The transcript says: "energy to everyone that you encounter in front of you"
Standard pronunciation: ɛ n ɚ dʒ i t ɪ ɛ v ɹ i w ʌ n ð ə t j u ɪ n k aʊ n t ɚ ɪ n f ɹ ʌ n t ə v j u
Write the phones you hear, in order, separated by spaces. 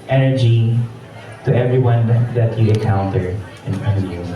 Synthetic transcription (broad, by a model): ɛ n ɚ dʒ i t ɪ ɛ v ɹ i w ʌ n ð ə t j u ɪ k aʊ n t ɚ ɪ n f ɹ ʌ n ə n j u